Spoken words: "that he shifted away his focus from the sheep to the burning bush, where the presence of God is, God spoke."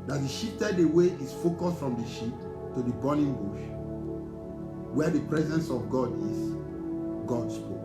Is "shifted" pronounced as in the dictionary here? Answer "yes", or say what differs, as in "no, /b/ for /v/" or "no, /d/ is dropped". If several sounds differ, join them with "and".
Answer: no, /p/ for /f/